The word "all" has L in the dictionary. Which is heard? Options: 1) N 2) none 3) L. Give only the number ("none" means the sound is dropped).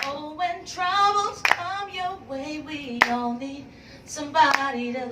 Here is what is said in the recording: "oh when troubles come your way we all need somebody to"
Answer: 1